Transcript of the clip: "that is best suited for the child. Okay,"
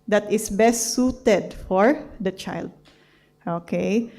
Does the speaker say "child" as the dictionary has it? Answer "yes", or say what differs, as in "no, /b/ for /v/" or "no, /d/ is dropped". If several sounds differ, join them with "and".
yes